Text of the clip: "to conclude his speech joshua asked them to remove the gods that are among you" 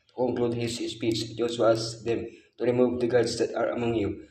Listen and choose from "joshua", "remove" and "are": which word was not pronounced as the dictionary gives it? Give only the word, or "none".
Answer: joshua